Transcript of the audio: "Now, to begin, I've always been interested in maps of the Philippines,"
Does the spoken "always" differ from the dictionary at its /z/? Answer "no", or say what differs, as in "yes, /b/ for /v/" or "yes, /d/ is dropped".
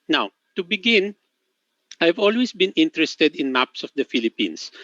yes, /s/ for /z/